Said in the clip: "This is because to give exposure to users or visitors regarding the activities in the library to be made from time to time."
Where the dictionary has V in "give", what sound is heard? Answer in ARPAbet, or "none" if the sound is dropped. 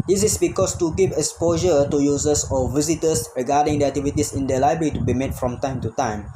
P